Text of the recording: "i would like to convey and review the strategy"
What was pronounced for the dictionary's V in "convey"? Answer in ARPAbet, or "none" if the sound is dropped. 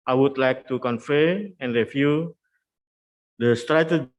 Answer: F